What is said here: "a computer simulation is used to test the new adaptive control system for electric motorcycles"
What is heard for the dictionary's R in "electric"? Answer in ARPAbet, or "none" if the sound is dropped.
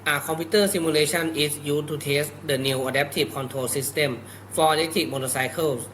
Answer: none